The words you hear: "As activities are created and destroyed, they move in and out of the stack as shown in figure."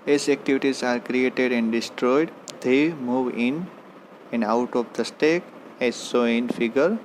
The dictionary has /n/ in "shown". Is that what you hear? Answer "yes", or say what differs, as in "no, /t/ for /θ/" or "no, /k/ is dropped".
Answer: no, /n/ is dropped